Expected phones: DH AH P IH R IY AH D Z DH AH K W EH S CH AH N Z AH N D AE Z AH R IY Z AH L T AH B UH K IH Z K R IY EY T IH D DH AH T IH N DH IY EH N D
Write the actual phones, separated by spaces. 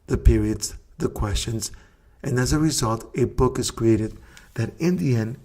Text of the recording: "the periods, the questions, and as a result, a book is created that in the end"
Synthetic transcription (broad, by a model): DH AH P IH R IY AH D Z DH AH K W EH S CH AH N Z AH N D AE Z AH R IY Z AH L T AH B UH K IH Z K R IY EY T IH D DH AH T IH N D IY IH N